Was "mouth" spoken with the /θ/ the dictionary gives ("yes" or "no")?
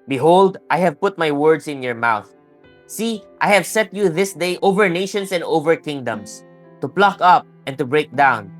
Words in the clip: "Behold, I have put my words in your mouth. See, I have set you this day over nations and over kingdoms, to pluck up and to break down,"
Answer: yes